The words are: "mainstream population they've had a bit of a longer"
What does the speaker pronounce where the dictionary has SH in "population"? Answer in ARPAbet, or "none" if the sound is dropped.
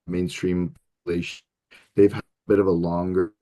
none